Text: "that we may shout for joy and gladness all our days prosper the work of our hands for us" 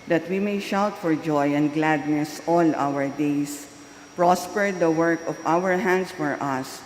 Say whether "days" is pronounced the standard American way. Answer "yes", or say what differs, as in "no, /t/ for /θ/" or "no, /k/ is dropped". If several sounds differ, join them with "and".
no, /s/ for /z/